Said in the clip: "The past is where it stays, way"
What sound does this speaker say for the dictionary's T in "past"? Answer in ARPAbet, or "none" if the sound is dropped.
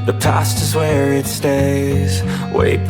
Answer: T